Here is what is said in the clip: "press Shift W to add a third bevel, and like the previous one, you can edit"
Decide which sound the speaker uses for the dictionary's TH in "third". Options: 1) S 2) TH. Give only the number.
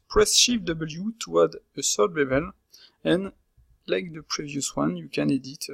1